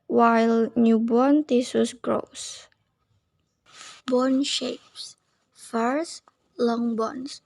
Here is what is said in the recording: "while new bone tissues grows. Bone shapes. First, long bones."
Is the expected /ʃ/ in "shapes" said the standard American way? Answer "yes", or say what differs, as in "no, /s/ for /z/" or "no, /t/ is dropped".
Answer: yes